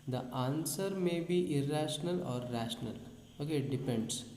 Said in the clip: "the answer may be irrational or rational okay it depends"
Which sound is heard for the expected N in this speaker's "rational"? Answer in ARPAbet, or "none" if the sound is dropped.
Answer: N